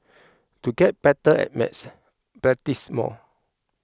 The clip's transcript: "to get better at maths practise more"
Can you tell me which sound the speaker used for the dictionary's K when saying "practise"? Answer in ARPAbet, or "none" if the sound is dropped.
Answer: none